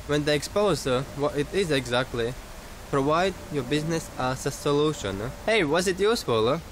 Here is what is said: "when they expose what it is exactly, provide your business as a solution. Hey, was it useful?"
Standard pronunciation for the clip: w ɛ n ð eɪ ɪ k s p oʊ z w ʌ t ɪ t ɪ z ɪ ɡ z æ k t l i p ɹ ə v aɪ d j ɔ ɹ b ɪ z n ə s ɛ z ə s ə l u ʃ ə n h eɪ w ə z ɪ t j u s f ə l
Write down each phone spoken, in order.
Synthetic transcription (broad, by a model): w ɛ n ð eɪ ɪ k s p oʊ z w ʌ t ɪ t ɪ z ɪ ɡ z æ k t l i p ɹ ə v aɪ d j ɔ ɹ b ɪ z n ə s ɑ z ə s ə l u ʃ ə n h eɪ w ə z ɪ t j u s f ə l